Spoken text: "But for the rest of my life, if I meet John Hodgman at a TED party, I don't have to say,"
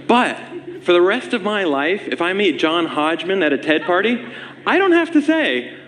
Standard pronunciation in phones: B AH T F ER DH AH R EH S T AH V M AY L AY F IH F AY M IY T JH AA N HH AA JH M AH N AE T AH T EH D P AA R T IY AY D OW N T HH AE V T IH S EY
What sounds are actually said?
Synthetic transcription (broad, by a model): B AH T F ER DH AH R EH S T AH V M AY L AY F IH F AY M IY T JH AA N HH AA JH M AH N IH T AH T EH D P AA R T IY AY D OW N T HH AE F T IH S EY